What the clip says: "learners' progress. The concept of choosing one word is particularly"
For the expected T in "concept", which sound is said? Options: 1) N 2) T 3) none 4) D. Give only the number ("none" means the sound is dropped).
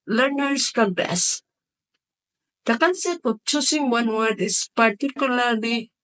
3